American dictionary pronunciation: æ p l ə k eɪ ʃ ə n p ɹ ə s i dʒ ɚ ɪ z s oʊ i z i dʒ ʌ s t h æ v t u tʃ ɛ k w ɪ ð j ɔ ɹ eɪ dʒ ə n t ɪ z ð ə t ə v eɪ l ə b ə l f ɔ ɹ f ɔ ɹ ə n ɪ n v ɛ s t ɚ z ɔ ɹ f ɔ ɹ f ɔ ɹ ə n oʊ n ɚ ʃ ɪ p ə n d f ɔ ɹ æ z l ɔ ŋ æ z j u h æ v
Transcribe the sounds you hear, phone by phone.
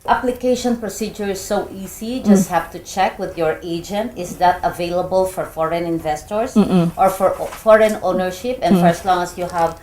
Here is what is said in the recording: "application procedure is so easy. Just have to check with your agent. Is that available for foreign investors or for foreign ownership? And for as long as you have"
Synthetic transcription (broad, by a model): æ p l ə k eɪ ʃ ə n p ɹ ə s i dʒ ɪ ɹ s oʊ i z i dʒ ʌ s t h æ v t u tʃ ɛ k w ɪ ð j ɔ ɹ eɪ dʒ ə n t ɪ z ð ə t ə v eɪ l ə b ə l f ɔ ɹ f ɔ ɹ ə n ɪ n v ɛ s t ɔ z ɔ ɹ f ɔ ɹ f ɔ ɹ ə n oʊ n ɚ ʃ ɪ p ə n f ɔ ɹ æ s l ɔ ŋ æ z j u h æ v